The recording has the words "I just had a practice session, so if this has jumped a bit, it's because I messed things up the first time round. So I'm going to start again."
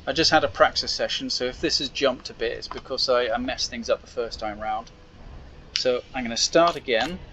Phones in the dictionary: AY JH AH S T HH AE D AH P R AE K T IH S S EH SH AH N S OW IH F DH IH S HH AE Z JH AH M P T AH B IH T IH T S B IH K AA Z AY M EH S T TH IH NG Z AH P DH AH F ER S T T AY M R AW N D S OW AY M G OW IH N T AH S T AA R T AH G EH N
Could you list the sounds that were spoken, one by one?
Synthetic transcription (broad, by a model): AY JH AH S T HH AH D AH P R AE K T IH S S EH SH AH N S OW IH F DH IH S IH Z JH AH M P T AH B IH T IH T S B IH K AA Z AY M EH S TH IH NG Z AH P DH AH F ER S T T AY M R AW N D S OW AY M G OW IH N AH S T AA R T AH G EH N